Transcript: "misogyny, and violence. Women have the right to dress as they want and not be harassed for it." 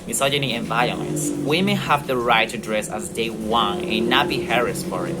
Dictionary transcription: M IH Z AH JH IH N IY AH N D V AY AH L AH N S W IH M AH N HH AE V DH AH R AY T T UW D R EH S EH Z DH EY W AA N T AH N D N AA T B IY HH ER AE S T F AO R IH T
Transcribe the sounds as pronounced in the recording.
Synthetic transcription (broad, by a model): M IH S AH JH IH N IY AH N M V AY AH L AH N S W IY M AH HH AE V DH AH R AY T T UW D R EH S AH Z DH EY W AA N AH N N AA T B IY HH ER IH S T F AO R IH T